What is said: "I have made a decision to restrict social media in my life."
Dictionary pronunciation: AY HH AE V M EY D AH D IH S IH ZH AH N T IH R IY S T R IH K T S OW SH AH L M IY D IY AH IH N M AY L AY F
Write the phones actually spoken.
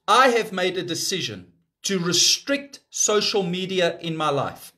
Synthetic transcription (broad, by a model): AY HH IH V M EY D AH D IH S IH ZH AH N T IH R IY S T R IH K T S OW SH AH L M IY D IY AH IH N M AY L AY F